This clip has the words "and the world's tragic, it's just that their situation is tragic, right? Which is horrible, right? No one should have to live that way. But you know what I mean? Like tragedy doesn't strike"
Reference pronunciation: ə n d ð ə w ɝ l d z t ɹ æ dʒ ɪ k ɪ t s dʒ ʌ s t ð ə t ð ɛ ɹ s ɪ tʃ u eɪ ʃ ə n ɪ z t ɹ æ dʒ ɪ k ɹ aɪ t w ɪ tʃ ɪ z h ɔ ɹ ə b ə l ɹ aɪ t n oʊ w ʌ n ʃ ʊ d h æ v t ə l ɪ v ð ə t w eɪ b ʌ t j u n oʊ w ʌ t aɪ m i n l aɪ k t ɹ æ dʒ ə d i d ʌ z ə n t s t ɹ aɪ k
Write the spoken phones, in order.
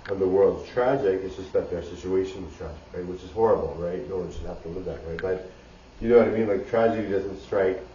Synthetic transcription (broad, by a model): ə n ð ə w ɝ l d z t ɹ æ dʒ ɪ k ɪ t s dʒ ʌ s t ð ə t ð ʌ ɹ s ɪ tʃ u eɪ ʃ ə n ɪ z t ɹ æ dʒ ɪ k ɹ aɪ t w ɪ tʃ ɪ z h ɔ ɹ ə b l ɹ aɪ t n oʊ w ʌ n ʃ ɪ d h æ f t ə l ɪ v ð ə t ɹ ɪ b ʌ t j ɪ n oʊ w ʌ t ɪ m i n l aɪ k t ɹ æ dʒ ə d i d ʌ z ə n t s t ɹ aɪ k